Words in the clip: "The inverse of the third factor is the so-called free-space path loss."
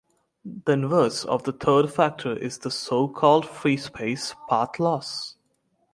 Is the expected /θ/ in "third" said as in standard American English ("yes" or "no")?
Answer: no